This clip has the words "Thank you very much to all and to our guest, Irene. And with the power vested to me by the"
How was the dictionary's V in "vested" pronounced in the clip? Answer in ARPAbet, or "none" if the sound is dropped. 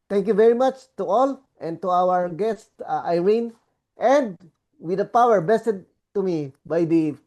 B